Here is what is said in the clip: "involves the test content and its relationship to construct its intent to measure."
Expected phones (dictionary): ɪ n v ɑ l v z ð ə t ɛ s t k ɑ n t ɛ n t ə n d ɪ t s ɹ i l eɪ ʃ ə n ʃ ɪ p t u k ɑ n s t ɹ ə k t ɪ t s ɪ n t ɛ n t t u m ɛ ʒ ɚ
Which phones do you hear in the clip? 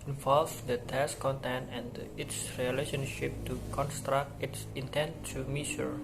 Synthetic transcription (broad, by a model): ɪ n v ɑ l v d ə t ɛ s k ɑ n t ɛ n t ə n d ɪ t s ɹ i l eɪ ʃ ə n ʃ ɪ p t u k ɑ n s t ɹ ə k t ɪ t s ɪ n t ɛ n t t u m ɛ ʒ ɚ